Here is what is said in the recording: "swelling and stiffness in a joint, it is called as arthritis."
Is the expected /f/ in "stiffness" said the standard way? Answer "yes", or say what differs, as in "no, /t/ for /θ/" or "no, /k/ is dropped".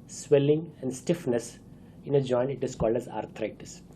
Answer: yes